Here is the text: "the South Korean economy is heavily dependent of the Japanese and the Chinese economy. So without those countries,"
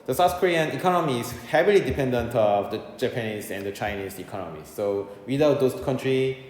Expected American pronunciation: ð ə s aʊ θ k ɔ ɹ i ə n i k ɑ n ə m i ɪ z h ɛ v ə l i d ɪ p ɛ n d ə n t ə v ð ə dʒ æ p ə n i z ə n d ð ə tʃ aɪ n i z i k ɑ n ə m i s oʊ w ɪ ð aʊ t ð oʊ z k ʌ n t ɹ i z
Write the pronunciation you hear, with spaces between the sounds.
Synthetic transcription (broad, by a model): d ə s aʊ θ k ɔ ɹ i ə n i k ɑ n ə m i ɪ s h ɛ v ə l i d ɪ p ɛ n d ə n t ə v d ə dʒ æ p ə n i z ə n d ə tʃ aɪ n i s i k ɑ n ə m i s oʊ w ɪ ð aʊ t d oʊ s k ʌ n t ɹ i